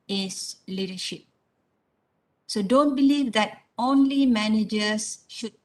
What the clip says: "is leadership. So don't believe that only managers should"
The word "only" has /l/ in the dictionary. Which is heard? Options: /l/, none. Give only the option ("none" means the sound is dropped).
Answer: /l/